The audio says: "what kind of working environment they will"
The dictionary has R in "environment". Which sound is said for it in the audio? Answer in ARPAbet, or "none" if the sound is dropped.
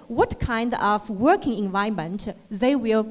none